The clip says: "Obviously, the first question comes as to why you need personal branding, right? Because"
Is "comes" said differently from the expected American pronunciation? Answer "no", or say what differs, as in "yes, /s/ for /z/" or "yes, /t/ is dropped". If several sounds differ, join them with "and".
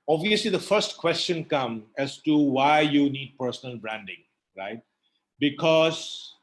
yes, /z/ is dropped